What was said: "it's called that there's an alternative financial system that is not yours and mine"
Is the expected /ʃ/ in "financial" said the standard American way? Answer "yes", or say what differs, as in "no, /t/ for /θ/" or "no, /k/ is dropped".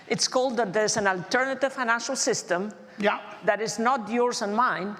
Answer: yes